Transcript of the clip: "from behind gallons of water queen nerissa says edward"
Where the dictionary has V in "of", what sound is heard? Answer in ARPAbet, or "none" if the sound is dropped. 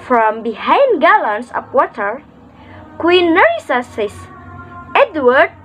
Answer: P